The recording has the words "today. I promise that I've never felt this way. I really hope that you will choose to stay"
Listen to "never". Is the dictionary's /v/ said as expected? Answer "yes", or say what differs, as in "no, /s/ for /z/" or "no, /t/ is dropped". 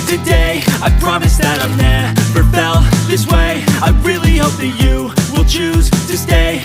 no, /f/ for /v/